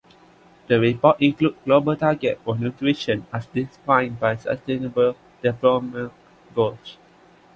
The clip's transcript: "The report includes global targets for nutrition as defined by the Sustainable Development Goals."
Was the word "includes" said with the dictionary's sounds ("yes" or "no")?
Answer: no